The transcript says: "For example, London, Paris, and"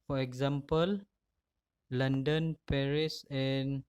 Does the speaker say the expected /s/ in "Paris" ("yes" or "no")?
yes